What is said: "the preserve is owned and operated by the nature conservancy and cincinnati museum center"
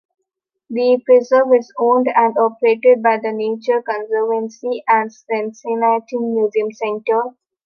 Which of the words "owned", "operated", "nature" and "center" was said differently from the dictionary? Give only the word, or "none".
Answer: none